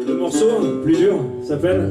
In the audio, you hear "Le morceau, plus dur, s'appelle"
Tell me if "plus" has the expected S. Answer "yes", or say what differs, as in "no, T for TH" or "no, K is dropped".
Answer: no, S is dropped